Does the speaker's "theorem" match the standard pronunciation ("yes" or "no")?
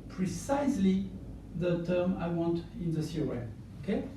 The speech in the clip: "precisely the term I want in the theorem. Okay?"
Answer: no